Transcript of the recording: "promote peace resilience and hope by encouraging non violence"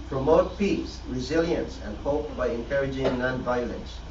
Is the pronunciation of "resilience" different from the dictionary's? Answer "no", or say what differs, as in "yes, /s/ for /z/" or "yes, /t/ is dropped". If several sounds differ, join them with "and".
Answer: no